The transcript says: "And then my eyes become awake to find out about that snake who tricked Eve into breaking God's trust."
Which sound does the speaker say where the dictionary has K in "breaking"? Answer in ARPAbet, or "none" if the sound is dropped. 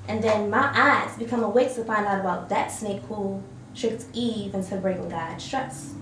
none